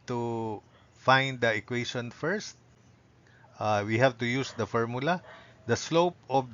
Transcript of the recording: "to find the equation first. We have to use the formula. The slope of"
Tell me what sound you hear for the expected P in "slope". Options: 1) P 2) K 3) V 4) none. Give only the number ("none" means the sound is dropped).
1